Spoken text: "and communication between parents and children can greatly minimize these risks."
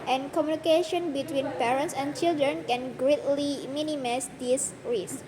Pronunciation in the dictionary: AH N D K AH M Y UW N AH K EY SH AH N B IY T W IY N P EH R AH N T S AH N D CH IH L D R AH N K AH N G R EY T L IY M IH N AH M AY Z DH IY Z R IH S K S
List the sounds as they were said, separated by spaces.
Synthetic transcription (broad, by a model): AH N K AH M Y UW N AH K EY SH AH N B IY T W IY N P EH R AH N T S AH N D CH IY L D R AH N K AH N G R EY T L IY M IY N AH M AY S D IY S R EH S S